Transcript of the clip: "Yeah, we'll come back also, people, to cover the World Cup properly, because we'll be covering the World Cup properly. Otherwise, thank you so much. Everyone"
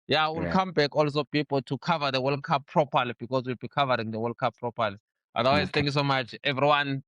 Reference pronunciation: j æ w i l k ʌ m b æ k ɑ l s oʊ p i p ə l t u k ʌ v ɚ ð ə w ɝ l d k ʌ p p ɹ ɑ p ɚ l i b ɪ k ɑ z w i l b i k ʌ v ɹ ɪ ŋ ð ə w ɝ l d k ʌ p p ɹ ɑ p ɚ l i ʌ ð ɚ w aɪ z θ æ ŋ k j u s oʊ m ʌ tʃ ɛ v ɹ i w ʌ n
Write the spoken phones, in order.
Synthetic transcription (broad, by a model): j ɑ w i l k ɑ m b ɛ k ɑ l s oʊ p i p l t u k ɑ v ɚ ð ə w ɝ l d k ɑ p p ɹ ɑ p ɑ l i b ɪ k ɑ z w i l b i k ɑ v ɹ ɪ ŋ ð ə w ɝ l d k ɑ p p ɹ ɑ p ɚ l i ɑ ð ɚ w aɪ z t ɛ ŋ k j u s oʊ m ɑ tʃ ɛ v ɹ i w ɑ n